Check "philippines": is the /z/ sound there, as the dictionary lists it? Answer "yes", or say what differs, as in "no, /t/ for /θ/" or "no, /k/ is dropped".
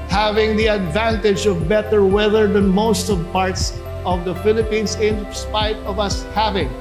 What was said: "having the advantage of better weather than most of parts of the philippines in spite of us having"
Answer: no, /s/ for /z/